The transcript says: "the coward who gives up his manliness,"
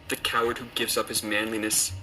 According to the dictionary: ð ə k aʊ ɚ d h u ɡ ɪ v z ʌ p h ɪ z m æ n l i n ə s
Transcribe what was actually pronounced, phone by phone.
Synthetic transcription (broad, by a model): ð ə k aʊ ɚ d h u ɡ ɪ v z ʌ p h ɪ z m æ n l i n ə s